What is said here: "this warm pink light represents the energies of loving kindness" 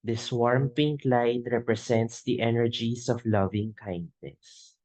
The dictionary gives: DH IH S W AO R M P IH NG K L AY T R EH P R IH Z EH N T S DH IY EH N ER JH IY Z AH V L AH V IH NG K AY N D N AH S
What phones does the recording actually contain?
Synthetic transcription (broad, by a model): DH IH S W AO R M P IH NG K L AY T R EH P R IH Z EH N T S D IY EH N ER JH IY S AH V L AH V IH NG K AY N D N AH S